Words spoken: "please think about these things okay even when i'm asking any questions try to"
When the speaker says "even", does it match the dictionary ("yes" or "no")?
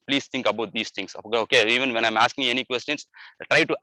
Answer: yes